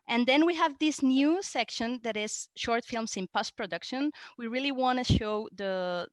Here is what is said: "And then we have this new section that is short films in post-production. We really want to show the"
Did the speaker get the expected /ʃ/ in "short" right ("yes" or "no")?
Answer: yes